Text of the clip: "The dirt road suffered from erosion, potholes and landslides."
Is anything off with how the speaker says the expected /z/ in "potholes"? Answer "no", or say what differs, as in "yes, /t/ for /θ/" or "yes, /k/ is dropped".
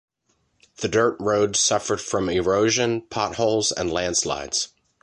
no